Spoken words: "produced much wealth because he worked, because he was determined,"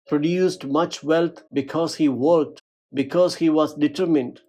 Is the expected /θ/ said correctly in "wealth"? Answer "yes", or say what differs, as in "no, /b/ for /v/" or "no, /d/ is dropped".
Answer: no, /t/ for /θ/